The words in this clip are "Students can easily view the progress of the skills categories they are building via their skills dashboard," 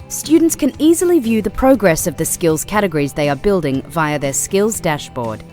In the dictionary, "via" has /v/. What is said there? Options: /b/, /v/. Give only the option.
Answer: /v/